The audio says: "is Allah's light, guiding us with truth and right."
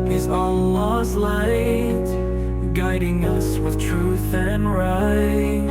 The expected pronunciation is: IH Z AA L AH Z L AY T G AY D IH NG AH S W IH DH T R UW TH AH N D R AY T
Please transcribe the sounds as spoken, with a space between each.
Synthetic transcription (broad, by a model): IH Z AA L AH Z L AY T G AY D IH NG AH S W IH DH T R UW TH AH N R AY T